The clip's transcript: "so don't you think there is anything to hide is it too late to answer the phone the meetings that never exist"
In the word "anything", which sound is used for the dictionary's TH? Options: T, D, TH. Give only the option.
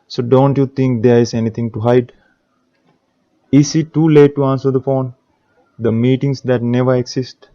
T